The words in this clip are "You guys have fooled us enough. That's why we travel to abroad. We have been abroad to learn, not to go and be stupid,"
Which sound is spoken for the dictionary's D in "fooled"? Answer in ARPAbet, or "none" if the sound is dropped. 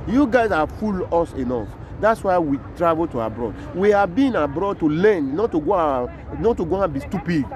none